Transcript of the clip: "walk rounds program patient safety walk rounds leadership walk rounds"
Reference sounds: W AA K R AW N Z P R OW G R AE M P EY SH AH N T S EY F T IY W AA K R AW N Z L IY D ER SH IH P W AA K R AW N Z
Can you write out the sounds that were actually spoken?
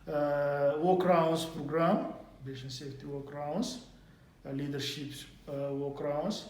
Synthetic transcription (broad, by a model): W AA K R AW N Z P R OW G R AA M B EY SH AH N S EY F T IY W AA K R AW N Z L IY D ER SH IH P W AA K R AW N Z